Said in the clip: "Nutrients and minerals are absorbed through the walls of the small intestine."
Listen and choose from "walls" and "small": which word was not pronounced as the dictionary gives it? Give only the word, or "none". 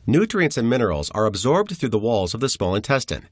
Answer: none